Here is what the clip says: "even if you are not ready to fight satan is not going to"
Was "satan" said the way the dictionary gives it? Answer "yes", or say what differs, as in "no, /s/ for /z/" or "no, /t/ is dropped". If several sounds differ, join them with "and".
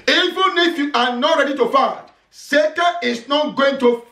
no, /n/ is dropped